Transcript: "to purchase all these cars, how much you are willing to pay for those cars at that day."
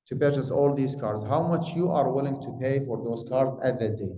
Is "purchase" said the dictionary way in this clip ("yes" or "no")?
no